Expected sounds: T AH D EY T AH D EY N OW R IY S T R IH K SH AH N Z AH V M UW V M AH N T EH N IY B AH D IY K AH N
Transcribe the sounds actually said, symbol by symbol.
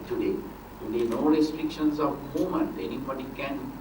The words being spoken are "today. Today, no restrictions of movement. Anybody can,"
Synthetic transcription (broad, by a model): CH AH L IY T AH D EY N OW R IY S T R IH K SH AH N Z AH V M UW M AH N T EH N IY B AH D IY K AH N